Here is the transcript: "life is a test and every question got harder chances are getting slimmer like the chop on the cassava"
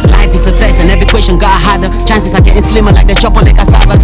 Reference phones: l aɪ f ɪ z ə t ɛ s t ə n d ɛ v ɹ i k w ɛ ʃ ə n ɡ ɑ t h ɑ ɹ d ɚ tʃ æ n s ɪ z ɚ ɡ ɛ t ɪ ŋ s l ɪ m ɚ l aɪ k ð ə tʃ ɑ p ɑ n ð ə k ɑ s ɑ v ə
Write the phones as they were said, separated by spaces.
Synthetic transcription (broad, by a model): l aɪ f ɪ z ə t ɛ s ə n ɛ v i k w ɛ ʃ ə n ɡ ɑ h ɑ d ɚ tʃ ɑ n s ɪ s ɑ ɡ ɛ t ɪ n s l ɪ m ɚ l aɪ k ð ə tʃ ɑ p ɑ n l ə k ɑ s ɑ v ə